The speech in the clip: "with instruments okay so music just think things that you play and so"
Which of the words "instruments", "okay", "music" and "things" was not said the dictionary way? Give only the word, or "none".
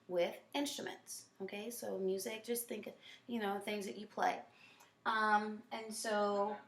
none